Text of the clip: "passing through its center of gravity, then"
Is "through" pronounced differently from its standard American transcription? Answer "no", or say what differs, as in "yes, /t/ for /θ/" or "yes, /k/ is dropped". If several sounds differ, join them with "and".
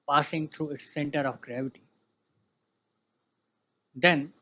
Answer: yes, /t/ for /θ/